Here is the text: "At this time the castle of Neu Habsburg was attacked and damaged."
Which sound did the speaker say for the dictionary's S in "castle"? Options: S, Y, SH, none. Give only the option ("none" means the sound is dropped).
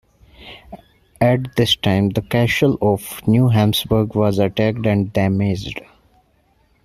SH